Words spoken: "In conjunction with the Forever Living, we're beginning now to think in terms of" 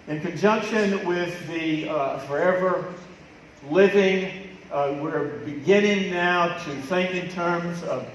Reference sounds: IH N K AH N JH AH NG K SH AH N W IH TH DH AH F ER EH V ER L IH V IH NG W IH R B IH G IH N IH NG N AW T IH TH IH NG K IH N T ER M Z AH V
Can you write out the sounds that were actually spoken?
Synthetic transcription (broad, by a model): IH N K AH N JH AH NG K SH AH N W IH DH AH F ER EH V ER L IH V IH NG W IH R B IH G IH N IH NG N AW T IH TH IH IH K IH N T ER M Z AH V